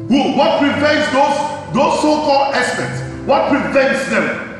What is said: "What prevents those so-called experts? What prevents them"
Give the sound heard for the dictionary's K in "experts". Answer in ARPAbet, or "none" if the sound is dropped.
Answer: none